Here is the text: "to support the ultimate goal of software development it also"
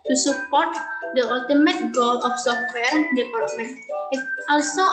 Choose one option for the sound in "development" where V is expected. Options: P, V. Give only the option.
P